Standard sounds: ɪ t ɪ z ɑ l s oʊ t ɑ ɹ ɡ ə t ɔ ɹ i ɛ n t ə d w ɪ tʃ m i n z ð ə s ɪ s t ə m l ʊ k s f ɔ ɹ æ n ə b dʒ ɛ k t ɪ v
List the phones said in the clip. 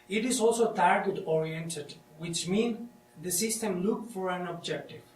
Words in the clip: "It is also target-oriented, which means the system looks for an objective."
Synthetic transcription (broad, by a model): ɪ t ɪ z ɑ l s oʊ t ɑ ɹ ɡ ə t ɔ ɹ i ɛ n t ə d w ɪ tʃ m i n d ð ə s ɪ s t ə m l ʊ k f ɔ ɹ æ n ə b dʒ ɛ k t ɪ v